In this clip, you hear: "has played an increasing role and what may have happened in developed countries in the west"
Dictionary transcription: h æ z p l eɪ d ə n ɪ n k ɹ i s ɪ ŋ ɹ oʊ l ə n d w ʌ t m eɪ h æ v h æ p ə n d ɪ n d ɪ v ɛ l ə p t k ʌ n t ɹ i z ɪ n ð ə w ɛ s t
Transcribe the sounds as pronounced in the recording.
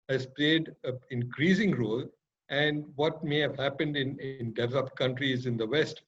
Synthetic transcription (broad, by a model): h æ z p l eɪ d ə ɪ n k ɹ i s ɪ ŋ ɹ oʊ l ə n d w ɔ t m eɪ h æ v h æ p ə n d ɪ n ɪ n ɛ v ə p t k ʌ n t ɹ i z ɪ n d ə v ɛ s t